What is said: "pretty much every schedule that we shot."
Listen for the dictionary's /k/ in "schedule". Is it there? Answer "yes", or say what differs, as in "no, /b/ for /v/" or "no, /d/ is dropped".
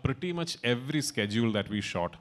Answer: yes